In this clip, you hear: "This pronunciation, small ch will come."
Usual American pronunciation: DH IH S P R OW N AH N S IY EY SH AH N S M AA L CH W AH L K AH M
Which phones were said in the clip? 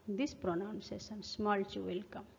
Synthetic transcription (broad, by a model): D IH S P R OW N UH N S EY S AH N S M AA L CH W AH L K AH M